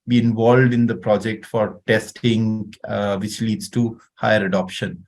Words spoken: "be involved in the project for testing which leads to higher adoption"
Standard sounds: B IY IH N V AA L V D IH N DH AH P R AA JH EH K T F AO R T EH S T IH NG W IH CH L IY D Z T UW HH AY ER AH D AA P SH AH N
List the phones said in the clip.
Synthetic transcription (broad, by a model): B IY IH N V AA L V D IH N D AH P R AA JH EH K T F AO R T EH S T IH NG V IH CH L IY D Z T UW HH AY ER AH D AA P SH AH N